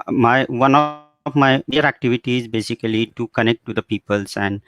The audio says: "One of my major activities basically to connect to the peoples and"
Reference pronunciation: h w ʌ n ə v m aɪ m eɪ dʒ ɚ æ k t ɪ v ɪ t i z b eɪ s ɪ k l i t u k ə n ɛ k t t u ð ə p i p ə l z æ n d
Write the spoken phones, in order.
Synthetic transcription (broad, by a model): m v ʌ n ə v m aɪ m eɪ ɚ æ k t ɪ v ɪ t i z b eɪ s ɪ k l i t u k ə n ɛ k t t u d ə p i p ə l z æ n d